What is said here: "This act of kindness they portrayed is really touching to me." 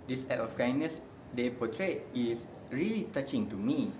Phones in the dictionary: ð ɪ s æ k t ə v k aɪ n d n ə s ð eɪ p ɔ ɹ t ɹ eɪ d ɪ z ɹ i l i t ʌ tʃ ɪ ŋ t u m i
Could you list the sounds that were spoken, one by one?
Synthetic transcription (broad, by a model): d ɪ s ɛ t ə f k aɪ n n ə s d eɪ p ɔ t ɹ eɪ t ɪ s ɹ i l i t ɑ tʃ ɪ ŋ t u m i